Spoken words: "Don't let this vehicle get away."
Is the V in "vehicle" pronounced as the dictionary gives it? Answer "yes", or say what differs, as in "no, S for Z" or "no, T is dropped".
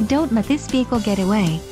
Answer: no, P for V